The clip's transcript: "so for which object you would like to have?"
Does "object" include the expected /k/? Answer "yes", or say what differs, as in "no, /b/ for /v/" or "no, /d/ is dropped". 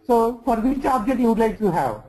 no, /k/ is dropped